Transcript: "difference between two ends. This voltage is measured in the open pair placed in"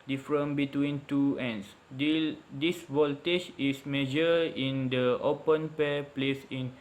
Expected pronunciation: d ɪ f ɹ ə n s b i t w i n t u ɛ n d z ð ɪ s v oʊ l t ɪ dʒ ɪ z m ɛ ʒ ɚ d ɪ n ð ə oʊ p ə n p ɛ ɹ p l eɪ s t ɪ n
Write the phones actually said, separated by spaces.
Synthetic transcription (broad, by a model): d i f ɹ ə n b i t w i n t u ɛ n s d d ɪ s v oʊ l t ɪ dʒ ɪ s m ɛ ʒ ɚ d ɪ n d ə oʊ p ə n p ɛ p l eɪ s ɪ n